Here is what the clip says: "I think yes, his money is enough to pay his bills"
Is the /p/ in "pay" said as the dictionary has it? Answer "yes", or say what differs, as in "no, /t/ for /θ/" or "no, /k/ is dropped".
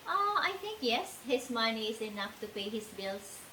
yes